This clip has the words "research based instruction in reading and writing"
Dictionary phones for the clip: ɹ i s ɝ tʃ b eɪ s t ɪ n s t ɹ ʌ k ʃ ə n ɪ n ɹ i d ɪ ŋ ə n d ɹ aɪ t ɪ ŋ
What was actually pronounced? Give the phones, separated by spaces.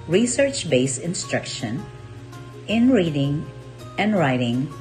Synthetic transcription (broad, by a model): ɹ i s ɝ tʃ b eɪ s ɪ n s t ɹ ʌ k ʃ ə n ɪ n ɹ i d ɪ ŋ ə n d ɹ aɪ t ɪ ŋ